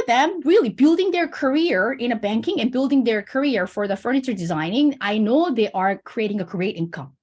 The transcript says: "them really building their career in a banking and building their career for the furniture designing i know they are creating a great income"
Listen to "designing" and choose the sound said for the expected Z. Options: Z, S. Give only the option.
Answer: Z